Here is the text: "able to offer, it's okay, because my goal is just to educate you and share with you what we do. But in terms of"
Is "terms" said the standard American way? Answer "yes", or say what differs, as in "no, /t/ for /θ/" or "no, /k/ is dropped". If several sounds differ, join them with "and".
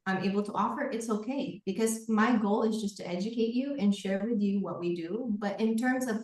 yes